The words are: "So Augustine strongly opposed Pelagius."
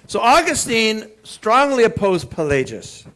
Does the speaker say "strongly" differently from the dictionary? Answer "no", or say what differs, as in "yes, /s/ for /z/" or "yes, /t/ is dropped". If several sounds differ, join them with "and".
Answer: no